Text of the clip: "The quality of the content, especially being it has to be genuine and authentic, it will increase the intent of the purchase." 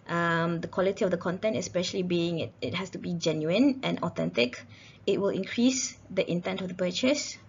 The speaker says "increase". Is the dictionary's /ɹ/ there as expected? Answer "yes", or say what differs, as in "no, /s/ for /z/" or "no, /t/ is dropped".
yes